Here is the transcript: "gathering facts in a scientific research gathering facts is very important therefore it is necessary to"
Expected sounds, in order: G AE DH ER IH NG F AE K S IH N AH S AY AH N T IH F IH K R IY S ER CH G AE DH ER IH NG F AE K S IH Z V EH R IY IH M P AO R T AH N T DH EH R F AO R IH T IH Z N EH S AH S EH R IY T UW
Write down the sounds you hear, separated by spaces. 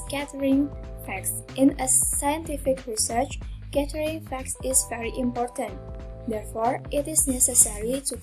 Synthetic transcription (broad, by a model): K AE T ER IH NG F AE K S IH N AH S AY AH N T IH F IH K R IY S ER CH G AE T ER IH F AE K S IH Z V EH R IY IH M P AO R T AH N T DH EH R F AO R IH T IH Z N EH S AH S EH R IY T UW